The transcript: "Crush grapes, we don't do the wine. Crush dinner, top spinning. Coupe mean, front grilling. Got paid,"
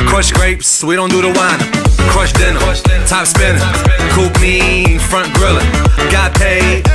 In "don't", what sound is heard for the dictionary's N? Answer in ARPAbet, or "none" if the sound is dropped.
N